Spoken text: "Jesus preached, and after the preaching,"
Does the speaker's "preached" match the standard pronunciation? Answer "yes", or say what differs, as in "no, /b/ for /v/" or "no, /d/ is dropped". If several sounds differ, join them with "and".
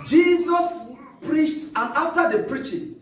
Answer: yes